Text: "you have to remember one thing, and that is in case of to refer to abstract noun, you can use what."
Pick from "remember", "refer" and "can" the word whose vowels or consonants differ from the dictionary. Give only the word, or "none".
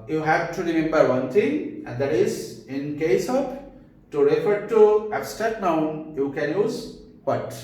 none